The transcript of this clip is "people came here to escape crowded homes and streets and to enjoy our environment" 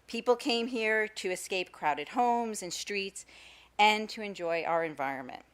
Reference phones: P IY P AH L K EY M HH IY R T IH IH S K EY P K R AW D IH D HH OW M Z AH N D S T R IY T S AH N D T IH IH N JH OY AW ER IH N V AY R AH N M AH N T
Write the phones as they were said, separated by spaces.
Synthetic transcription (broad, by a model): P IY P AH L K EY M HH IY R T IH IH S K EY P K R AW D IH D HH OW M Z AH N S T R IY T S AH N T IH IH N JH OY AW ER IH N V AY R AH N M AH N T